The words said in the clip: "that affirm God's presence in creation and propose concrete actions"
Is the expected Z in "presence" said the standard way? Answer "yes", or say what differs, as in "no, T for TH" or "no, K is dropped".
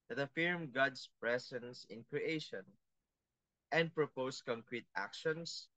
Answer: no, S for Z